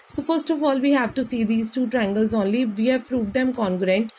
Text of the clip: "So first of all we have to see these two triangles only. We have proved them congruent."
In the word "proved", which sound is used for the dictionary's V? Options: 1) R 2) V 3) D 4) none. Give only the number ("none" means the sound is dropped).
2